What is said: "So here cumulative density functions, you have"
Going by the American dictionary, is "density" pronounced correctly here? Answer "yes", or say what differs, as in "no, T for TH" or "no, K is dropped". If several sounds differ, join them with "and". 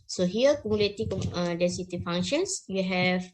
no, N is dropped